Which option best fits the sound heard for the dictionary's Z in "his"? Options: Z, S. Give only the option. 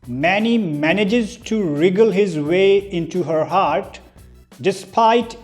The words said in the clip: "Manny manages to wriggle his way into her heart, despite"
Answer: Z